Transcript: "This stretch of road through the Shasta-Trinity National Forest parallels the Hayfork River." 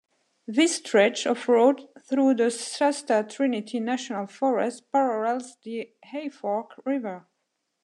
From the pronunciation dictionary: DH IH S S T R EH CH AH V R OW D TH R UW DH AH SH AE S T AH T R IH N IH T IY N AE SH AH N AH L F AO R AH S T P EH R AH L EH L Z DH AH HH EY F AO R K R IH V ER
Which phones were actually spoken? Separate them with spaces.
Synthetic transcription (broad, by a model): DH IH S S T R EH CH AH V R OW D TH R UW DH AH S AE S T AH T R IH N IH T IY N AE SH AH N AH L F AO R AH S T P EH R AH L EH L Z DH AH HH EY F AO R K R IH V ER